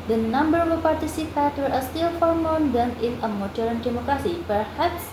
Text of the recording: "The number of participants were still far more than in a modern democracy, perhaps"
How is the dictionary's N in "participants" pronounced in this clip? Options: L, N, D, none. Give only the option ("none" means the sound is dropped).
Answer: none